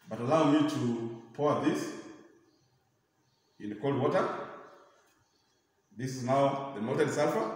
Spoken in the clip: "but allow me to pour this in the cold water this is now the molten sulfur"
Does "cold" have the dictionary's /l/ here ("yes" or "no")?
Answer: yes